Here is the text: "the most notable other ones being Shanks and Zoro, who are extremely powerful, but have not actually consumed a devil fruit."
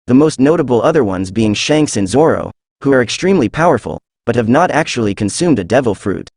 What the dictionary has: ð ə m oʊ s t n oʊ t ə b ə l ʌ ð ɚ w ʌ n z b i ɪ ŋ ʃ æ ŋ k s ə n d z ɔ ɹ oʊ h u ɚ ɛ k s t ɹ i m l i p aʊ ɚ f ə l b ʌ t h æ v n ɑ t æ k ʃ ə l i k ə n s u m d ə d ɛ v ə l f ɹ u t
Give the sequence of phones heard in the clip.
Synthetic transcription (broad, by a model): ð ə m oʊ s t n oʊ t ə b l ʌ ð ɚ w ʌ n z b i ɪ ŋ ʃ æ ŋ k s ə n z ɔ ɹ oʊ h u ɚ ɛ k s t ɹ i m l i p aʊ ɚ f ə l b ʌ t h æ v n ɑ t æ k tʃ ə l i k ə n s u m d ə d ɛ v l f ɹ u t